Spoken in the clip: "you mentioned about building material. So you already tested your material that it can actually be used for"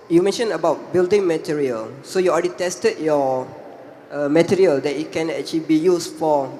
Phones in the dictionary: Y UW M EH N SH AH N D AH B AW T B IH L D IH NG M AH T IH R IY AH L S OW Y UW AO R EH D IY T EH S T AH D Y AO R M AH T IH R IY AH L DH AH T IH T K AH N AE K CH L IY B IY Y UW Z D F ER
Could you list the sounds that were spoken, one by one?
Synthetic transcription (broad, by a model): Y UW M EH N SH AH N AH B AW T B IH L D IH NG M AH T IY R IY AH L S OW Y UW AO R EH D IY T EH S T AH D Y AO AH M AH T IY R IY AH L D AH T IH T K AH N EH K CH L IY B IY Y UW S F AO